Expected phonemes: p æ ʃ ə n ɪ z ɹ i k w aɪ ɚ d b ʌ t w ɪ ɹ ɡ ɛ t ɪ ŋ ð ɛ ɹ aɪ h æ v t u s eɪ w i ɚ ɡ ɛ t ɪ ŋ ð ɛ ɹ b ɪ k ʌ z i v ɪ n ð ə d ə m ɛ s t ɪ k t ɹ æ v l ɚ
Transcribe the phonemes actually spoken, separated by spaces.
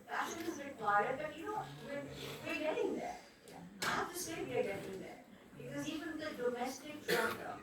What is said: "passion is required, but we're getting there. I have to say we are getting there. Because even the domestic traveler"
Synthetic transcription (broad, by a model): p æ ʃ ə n ɪ z ɹ i k w aɪ ɚ d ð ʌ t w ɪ w ɡ ɛ t ɪ ŋ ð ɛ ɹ aɪ h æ f t u s eɪ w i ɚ ɡ ɛ t ɪ ŋ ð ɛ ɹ b ɪ k ʌ z i v ɪ n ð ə d ə m ɛ s t ɪ k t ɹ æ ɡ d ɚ